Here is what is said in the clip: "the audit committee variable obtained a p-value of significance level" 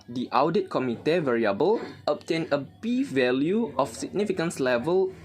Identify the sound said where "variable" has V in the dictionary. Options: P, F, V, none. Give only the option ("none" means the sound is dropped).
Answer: V